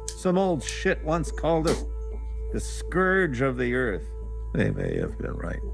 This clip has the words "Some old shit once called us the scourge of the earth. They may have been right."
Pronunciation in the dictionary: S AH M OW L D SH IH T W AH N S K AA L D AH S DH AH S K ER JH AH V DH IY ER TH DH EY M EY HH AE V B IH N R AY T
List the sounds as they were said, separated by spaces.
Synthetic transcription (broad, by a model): S AH M OW L D SH IH T W AH N S K AA L D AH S DH AH S K ER JH AH V DH IY ER TH DH EY M EY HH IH V B IH N R AY T